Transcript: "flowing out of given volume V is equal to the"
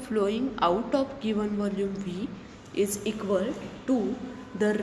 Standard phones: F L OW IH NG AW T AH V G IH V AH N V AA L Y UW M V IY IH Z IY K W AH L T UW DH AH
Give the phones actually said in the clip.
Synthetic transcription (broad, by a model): F L OW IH NG AW T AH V G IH V AH N V AA L Y UW M V IY IH Z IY K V AH L T UW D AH